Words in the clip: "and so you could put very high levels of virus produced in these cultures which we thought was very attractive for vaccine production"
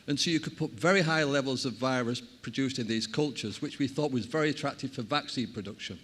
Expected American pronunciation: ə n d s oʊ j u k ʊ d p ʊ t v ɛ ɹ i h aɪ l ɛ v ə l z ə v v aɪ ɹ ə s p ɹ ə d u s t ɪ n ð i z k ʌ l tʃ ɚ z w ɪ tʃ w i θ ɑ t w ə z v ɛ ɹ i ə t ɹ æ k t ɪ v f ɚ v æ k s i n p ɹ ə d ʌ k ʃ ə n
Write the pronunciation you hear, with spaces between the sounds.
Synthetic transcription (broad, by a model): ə n s oʊ j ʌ k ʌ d p ʊ t v ɛ ɹ i h aɪ l ɛ v ə l z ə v v aɪ ɹ ə s p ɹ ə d u s t ɪ n ð i z k ʌ l tʃ ɚ z w ɪ tʃ w i θ ɑ t w ə z v ɛ ɹ i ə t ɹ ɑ k t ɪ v f ɚ v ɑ k s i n p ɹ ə d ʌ k ʃ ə n